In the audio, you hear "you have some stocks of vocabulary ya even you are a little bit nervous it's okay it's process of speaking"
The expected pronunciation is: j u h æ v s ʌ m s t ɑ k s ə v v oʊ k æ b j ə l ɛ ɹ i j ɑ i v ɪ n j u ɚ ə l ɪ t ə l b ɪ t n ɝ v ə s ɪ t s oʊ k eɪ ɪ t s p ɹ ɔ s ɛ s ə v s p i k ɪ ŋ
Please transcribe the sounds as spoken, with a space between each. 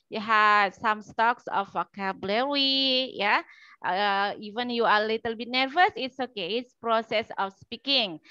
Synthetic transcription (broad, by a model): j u h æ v s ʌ m s t ɑ k s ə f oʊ k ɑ b l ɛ w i j ɑ i v ɪ n j u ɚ ə l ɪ t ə l b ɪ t n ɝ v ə s ɪ t s oʊ k eɪ ɪ t s p ɹ ɔ s ɛ s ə f s p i k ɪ ŋ